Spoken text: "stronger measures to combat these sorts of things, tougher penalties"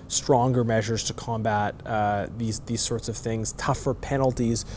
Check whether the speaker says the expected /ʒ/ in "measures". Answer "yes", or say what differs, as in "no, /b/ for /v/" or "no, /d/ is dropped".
yes